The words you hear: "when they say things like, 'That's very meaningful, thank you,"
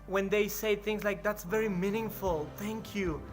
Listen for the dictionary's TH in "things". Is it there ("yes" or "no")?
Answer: yes